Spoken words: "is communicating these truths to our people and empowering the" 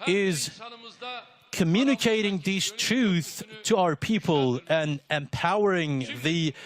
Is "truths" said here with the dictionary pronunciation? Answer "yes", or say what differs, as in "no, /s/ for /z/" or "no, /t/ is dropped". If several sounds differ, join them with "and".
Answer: no, /s/ is dropped